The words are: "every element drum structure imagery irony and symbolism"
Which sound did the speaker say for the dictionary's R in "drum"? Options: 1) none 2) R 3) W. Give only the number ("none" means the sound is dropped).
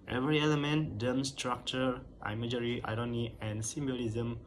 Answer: 1